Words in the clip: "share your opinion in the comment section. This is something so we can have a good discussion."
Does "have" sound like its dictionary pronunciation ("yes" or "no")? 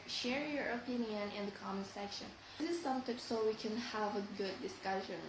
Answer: yes